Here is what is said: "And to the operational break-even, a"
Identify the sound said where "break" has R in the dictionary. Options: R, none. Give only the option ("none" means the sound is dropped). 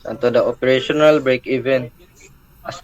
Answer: R